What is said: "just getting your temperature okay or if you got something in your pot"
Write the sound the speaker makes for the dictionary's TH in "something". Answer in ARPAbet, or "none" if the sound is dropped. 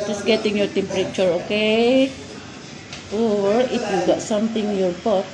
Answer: T